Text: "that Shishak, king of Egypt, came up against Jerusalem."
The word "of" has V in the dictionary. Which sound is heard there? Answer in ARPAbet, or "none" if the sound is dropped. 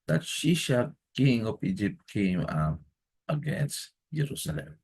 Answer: P